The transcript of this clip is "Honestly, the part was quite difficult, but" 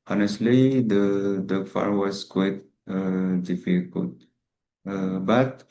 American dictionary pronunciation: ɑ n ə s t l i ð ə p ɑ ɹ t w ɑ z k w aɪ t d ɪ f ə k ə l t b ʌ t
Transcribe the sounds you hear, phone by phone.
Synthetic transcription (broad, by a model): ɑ n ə s t l i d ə f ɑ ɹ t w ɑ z k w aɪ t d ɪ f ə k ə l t b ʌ t